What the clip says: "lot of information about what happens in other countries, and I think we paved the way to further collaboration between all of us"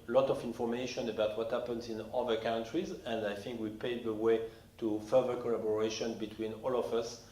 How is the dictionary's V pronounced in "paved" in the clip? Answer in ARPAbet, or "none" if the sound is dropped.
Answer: none